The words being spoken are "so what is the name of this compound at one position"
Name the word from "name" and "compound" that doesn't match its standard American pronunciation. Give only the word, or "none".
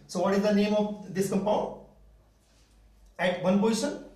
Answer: compound